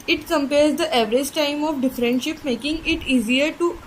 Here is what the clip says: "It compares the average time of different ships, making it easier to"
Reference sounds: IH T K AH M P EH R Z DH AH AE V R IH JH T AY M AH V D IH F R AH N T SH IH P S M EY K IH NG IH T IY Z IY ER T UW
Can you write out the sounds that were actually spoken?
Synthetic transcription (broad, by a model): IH T K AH M P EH R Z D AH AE V R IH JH T AY M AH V D IH F R AH N T SH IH P M EY K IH NG IH T IY Z IY ER T UW